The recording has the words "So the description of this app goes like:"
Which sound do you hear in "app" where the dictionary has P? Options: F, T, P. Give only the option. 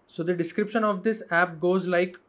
P